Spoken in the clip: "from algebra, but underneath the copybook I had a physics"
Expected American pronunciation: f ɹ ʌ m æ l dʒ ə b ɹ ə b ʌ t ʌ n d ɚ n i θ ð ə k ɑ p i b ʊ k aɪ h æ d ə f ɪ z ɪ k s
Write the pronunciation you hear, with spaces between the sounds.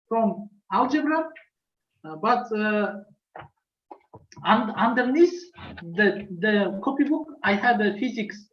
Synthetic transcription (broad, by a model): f ɹ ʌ m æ l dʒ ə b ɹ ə b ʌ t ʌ n d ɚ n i s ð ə k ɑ p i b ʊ k aɪ h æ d ə f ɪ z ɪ k s